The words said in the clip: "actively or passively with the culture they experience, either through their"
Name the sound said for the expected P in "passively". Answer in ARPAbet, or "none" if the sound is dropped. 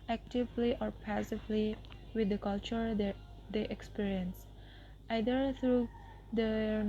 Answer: P